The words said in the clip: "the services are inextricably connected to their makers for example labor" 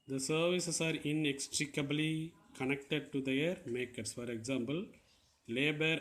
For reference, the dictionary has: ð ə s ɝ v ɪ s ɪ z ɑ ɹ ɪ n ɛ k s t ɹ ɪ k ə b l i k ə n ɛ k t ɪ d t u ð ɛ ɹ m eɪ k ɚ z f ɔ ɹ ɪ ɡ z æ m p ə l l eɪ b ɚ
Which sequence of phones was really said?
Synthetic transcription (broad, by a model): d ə s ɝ v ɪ s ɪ s ɑ ɹ ɪ n ɛ k s t ɹ ɪ k ə b l i k ə n ɛ k t ɪ d t u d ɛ ɹ m eɪ k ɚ s f ɔ ɹ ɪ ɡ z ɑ m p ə l l eɪ b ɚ